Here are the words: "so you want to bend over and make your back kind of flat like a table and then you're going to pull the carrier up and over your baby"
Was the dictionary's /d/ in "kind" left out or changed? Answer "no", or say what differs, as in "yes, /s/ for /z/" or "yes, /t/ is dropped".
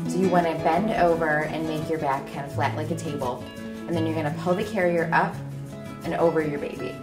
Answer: yes, /d/ is dropped